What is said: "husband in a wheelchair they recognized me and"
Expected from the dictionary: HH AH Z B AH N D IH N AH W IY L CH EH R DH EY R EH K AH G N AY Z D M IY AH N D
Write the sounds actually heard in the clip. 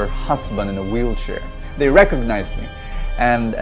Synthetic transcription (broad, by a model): HH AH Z B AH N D IH N AH W IY L CH EH R DH EY R EH K AH G N AY Z D M IY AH N